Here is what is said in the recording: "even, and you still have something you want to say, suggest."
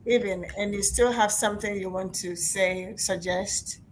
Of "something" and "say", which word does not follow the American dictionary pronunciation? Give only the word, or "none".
none